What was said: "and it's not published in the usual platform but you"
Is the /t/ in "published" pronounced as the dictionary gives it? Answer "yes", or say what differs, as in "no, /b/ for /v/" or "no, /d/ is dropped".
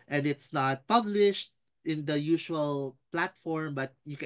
yes